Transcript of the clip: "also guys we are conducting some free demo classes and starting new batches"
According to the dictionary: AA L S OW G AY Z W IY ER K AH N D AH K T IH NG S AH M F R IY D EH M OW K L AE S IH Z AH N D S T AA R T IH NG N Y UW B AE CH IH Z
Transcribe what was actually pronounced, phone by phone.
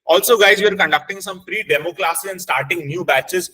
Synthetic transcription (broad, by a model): AA L S OW G AY Z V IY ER K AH N D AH K T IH NG S AH M P R IY D EH M OW K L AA S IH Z AH N D S T AA R T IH NG N Y UW B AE CH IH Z